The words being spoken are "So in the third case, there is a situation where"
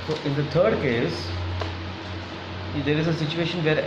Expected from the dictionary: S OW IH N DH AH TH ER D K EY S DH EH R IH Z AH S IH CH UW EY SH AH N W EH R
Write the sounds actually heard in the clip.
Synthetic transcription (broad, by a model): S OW IH N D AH T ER D K EY S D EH R IH Z AH S IH CH UW EY SH AH N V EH R